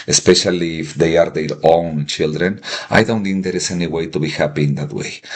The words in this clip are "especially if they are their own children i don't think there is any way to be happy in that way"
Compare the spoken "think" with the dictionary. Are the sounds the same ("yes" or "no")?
no